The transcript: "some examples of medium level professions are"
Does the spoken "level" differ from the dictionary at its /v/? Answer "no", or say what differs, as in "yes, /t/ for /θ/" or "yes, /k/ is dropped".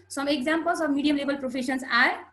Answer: yes, /b/ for /v/